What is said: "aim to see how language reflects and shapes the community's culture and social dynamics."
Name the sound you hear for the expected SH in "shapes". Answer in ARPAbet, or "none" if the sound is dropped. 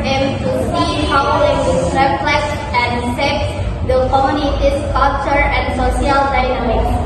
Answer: S